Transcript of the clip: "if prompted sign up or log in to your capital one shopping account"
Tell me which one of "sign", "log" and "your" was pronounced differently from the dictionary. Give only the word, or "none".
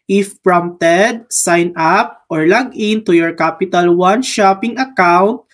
none